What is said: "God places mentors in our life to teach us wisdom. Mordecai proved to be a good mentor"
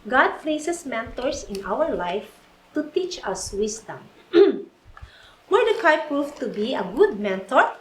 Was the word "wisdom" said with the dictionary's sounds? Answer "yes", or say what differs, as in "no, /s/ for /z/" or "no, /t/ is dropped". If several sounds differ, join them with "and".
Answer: no, /s/ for /z/